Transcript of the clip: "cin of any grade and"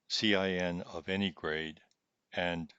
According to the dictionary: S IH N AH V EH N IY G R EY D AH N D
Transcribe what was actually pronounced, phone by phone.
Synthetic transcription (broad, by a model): S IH N AH V EH N IY G R EY D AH N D